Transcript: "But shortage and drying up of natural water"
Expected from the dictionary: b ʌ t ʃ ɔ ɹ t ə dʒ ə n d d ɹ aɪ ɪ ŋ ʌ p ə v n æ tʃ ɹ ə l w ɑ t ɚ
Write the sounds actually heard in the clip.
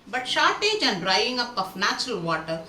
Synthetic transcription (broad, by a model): b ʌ t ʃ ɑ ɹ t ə dʒ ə n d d ɹ aɪ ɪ ŋ ʌ p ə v n æ tʃ ɹ ə l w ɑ t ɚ